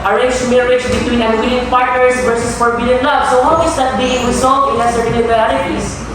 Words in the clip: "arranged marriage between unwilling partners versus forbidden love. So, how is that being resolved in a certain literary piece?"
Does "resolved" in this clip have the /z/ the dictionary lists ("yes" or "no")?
no